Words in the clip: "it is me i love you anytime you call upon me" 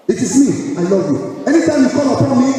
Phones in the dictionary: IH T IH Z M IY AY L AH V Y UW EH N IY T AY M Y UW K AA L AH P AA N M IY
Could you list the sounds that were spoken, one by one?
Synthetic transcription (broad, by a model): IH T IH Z M IY AY L AH V Y UW EH N IY T AY M Y UW K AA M AH P AA N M IY